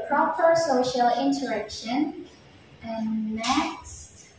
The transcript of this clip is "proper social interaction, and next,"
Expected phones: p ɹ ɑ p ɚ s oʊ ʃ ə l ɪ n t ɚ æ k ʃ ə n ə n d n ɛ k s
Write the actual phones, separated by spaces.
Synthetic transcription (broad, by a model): p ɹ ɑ p ɚ s oʊ ʃ ə l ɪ n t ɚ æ k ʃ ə n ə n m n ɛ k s